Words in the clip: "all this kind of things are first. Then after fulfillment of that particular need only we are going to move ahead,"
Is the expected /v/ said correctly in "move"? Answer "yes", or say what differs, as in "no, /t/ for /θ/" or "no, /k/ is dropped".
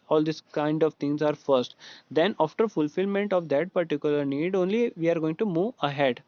yes